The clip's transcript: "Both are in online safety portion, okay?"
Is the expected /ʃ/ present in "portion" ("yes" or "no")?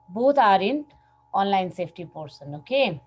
no